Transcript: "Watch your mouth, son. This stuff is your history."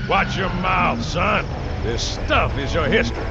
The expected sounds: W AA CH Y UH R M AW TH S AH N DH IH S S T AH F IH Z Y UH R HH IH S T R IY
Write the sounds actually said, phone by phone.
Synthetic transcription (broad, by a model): W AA CH Y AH R M AW TH S AH N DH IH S S T AH F IH Z Y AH R HH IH S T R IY